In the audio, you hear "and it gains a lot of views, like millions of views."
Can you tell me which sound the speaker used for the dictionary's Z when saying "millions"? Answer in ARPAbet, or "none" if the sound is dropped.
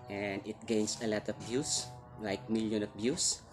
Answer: none